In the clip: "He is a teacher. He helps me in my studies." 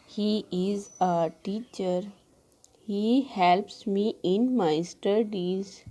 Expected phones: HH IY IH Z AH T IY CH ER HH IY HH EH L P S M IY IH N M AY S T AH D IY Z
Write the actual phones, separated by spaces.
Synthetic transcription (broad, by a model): HH IY IH Z AH T IY CH ER HH IY HH EH L P S M IY IH N M AY S T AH D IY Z